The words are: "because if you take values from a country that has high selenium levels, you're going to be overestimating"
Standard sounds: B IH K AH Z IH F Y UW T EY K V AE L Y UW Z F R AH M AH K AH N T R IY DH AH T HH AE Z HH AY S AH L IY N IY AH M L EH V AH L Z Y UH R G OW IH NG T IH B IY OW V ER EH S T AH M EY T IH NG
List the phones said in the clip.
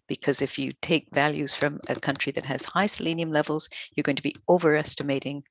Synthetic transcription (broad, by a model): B IH K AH Z IH F Y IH T EY K V AE L Y UW Z F R AH M AH K AH N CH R IY DH AH T HH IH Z HH AY S AH L IY N IY AH M L EH V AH L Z Y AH R G OW IH NG T IH B IY OW V ER EH S T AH M EY T IH NG